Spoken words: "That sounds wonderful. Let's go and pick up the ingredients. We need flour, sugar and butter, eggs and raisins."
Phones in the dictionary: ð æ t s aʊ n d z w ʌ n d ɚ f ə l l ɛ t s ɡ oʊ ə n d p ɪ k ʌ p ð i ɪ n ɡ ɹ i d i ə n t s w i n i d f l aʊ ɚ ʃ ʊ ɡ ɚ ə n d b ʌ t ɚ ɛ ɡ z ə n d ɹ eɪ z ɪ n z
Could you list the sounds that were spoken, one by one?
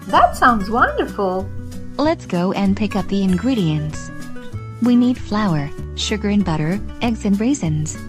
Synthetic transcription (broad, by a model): ð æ t s aʊ n d z w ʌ n d ɚ f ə l l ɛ t s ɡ oʊ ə n p ɪ k ʌ p ð i ɪ n ɡ ɹ i d i ə n t s w i n i d f l aʊ ɚ ʃ ʊ ɡ ɚ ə n b ʌ t ɚ ɛ ɡ z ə n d ɹ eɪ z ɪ n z